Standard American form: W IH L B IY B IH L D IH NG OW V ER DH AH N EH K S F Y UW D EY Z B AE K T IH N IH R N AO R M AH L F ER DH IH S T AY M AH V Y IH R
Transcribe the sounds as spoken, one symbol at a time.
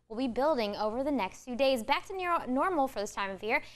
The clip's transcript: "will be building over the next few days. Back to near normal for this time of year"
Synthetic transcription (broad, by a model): W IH L B IY B IH L D IH NG OW V ER DH AH N EH K S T UW D EY Z B AE K T IH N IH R N AO R M L F ER DH IH S T AY M AH V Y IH R